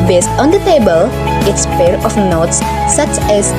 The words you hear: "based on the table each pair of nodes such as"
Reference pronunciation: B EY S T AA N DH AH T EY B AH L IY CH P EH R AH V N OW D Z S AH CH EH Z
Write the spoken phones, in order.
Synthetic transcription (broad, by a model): B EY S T AA N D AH T EY B AH L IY S P EH R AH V N OW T S AH CH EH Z